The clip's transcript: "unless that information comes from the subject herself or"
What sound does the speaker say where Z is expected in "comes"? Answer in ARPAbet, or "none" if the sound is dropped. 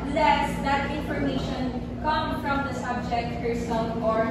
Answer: none